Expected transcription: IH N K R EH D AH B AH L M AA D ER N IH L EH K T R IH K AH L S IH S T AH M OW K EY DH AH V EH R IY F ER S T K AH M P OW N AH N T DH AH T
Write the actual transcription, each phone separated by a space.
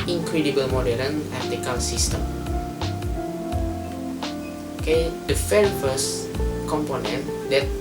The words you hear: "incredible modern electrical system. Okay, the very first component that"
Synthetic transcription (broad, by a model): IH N K R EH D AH B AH L M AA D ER IH N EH T IH K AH L S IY S T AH M OW K EY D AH F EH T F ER S K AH M P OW N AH N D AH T